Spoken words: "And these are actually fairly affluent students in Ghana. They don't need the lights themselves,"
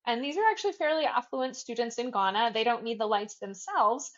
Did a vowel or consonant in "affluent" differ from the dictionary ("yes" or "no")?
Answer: no